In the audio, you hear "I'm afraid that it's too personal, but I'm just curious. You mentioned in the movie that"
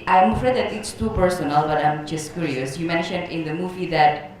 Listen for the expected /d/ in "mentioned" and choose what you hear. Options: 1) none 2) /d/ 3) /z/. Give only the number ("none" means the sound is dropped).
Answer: 2